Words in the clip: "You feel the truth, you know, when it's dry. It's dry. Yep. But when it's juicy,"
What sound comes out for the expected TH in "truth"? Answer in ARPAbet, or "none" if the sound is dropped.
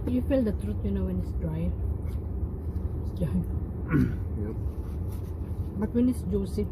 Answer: T